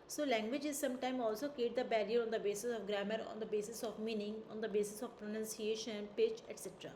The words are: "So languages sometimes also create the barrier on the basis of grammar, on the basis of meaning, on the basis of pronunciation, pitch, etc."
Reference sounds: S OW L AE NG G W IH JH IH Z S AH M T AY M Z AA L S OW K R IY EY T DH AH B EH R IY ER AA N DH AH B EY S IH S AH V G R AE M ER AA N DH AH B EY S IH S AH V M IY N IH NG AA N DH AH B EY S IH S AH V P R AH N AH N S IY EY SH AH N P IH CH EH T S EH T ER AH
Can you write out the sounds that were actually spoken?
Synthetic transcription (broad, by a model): S OW L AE NG G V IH JH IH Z S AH M T AY M AA L S OW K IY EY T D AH B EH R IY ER AA N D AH B EY S IH S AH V G R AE M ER AA N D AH B EY S IH S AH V M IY N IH NG AA N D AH B EY S IH S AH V P R AH N AH N S IY EY SH AH N P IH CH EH T S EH T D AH